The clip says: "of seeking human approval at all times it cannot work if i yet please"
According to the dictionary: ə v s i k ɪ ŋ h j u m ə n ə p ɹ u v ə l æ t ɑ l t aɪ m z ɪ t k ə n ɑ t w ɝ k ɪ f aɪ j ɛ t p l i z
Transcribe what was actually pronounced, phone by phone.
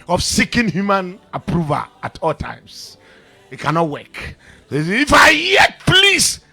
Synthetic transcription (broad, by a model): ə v s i k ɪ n h j u m ə n ə p ɹ u v ə l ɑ t ɑ l t aɪ m s ɪ t k ə n ɑ t w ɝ k ɪ f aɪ j ɛ t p l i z